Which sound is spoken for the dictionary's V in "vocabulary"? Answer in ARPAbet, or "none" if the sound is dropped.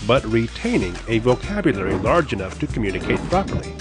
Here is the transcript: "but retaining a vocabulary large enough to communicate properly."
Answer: V